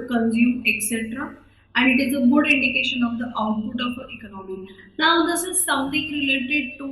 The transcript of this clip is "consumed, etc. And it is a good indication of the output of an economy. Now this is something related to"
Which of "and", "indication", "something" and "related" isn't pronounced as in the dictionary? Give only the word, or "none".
something